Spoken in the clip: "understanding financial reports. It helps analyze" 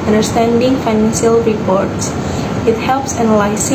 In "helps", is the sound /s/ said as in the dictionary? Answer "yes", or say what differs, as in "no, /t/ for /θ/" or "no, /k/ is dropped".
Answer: yes